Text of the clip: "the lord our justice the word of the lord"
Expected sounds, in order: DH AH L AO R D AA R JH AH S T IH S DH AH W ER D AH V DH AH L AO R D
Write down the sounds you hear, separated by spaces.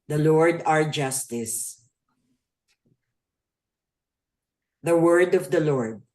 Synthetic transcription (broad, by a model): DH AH L AO R D AA R JH AH S T IH S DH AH W ER D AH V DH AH L AO R D